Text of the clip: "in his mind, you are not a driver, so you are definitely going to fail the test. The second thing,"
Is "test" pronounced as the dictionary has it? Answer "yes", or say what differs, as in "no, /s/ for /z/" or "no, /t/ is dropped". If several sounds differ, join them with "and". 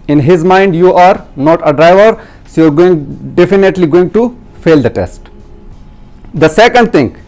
yes